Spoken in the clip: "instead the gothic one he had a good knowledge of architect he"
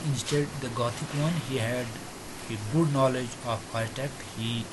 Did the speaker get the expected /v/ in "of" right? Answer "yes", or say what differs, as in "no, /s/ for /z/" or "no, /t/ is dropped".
no, /p/ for /v/